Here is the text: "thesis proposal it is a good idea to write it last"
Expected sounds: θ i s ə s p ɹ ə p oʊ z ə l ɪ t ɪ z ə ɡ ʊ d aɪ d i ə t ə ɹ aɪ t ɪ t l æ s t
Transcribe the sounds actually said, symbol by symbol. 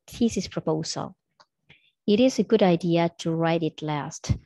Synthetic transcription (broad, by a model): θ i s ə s p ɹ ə p oʊ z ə l ɪ t ɪ z ə ɡ ʊ d aɪ d i ə t ə ɹ aɪ t ɪ t l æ s t